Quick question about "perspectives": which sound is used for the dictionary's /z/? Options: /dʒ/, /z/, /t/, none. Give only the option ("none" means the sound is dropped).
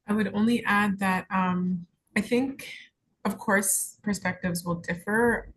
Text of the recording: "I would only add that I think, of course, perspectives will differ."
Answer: /z/